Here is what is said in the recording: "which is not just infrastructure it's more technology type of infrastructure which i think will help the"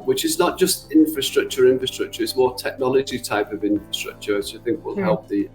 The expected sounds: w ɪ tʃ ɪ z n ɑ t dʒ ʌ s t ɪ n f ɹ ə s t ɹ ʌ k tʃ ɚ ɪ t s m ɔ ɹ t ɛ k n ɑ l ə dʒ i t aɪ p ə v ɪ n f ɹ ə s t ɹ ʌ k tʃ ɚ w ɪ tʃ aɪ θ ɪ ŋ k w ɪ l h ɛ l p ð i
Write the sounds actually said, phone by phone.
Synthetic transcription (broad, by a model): w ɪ tʃ ɪ z n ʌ t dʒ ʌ s t ɪ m f ɹ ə s t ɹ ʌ k tʃ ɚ ɪ t s m ɔ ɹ t ɛ k n ɑ l ə dʒ i t aɪ p ə v ɪ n f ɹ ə s t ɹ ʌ k tʃ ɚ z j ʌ θ ɪ ŋ k w ɪ l h ɛ l p ð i